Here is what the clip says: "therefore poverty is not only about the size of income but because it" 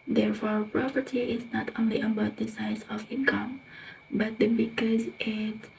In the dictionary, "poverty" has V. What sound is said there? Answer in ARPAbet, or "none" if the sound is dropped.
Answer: P